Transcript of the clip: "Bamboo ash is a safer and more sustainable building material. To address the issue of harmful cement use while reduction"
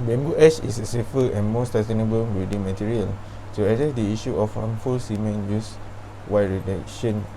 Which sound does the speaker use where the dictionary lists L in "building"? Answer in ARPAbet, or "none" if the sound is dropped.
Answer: none